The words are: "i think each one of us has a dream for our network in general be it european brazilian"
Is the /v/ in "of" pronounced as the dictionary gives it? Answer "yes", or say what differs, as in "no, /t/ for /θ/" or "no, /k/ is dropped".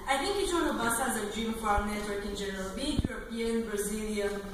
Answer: no, /b/ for /v/